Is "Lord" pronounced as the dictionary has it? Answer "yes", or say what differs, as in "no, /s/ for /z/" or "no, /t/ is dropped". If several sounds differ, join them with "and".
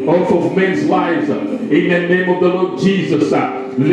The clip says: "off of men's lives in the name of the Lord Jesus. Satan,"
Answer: yes